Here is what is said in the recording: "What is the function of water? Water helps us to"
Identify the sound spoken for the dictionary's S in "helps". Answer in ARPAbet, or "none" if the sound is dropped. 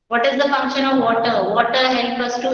none